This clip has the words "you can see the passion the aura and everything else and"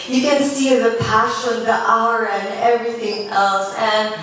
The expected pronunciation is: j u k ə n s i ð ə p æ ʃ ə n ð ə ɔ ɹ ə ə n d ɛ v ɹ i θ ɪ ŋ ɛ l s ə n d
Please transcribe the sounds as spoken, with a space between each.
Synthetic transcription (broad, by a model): j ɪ k ə n s i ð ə p æ ʃ ə n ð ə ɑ ə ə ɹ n ɛ v ɹ i θ ɪ ŋ ɛ l s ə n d